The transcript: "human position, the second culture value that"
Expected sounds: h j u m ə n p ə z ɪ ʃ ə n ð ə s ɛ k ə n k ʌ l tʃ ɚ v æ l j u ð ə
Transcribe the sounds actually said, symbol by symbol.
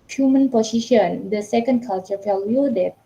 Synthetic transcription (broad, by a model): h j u m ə n p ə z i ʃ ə n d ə s ɛ k ə n k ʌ l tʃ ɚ f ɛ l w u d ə